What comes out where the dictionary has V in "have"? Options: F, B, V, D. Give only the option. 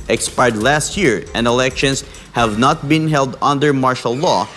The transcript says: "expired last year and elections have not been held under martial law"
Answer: V